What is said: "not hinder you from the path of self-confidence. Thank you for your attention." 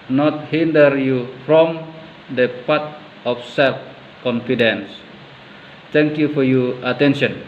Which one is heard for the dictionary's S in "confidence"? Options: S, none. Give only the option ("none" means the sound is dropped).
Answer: S